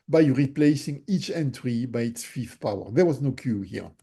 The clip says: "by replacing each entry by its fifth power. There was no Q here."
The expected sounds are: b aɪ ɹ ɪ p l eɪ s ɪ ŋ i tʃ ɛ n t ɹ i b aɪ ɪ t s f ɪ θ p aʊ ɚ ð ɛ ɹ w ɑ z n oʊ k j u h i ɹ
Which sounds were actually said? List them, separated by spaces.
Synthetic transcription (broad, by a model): b aɪ ɹ ɪ p l eɪ s ɪ ŋ i tʃ ɛ n t ɹ i b aɪ ɪ t s f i f p aʊ ɚ ð ɛ ɹ w ɑ z n oʊ k j u h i ɹ